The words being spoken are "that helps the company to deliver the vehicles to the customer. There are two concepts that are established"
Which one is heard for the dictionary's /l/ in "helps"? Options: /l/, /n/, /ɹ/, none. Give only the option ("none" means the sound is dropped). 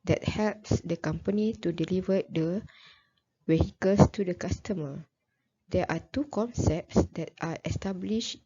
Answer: /l/